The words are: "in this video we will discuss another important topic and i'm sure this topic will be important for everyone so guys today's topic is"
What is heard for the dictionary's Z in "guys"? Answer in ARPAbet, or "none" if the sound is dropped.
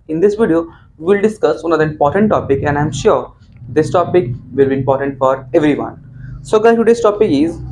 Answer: none